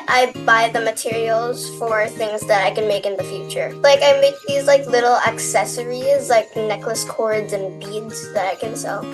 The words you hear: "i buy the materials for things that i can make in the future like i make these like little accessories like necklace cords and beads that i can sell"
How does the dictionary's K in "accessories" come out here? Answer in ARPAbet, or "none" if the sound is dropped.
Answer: K